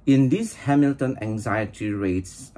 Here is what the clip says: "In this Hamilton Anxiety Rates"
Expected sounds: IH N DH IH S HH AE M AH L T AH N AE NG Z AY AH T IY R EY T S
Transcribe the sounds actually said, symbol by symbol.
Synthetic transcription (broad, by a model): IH N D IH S HH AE M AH L T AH N AE NG Z AY AH T IY R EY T S